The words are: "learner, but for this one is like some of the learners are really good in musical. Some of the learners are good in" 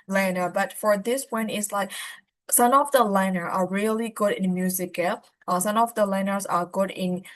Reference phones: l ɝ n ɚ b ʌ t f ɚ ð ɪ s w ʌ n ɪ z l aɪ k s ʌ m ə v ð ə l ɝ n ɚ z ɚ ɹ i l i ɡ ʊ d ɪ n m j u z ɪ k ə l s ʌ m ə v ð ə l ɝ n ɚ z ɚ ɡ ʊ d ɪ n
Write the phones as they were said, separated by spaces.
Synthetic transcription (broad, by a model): l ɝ n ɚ b ʌ t f ɚ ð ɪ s w ʌ n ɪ s l aɪ k s ʌ m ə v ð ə l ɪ n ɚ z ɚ ɹ i l i ɡ ʊ d ɪ n m j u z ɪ k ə s ʌ m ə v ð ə l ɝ n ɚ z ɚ ɡ ʊ d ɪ n